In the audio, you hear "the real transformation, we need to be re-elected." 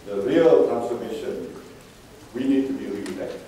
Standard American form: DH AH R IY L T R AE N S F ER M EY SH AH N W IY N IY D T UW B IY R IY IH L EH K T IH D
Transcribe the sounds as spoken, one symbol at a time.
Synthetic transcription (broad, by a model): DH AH R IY L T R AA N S ER M EY SH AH N W IY N IY D T UW B IY R IY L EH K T